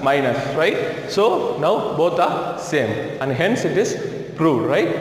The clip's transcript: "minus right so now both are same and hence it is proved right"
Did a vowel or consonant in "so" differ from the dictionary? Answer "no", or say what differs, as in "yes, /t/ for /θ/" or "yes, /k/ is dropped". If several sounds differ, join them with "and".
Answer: no